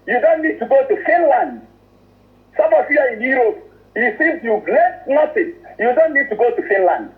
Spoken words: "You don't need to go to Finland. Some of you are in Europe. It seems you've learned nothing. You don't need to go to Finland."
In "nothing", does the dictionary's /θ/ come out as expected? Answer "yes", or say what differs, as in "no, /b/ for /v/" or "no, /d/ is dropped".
no, /s/ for /θ/